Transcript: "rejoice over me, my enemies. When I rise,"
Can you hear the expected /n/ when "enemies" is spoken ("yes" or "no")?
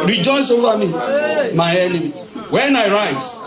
no